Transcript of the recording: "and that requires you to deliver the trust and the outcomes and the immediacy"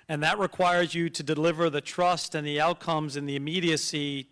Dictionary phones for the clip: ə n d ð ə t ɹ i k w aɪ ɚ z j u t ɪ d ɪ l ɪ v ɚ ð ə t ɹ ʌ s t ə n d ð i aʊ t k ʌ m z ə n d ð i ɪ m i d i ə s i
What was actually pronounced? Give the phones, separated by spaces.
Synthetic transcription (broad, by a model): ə n ð ə t ɹ i k w aɪ ɚ z j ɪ t ɪ d ɪ l ɪ v ɚ ð ə t ɹ ʌ s t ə n ð i aʊ t k ʌ m z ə n ð i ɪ m i d i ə s i